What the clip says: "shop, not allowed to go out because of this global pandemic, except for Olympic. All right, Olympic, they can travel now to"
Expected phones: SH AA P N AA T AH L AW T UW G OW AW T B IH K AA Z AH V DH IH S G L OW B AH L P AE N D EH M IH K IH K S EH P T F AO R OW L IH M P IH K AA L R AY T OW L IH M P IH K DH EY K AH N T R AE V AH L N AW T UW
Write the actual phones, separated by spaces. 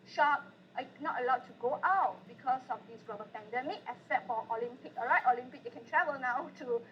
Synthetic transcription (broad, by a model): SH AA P N AA T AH L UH T UW G OW AW T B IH K AA S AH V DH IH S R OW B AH P AE N D EH M IH K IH S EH T F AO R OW L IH M P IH K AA R AY T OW L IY M P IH K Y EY K AH N T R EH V AH L N AW T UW